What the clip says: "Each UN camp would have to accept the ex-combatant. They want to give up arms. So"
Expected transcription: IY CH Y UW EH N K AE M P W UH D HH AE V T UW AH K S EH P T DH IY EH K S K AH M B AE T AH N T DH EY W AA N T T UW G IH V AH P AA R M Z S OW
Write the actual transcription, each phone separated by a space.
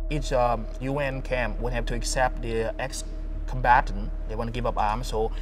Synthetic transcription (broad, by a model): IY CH Y UW EH N K AE M P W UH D HH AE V T UW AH K S EH P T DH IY EH K S K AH M B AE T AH N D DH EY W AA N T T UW G IH V AH P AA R M S OW